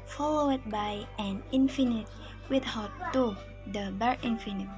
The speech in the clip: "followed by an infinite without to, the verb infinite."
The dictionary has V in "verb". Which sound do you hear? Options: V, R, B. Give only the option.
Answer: B